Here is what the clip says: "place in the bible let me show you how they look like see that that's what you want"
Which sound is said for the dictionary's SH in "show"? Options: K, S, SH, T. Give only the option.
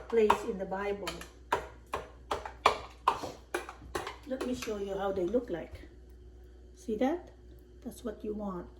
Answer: SH